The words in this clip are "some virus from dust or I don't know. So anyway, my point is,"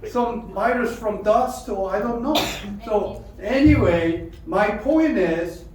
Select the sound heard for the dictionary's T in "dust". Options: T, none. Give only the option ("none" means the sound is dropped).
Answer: T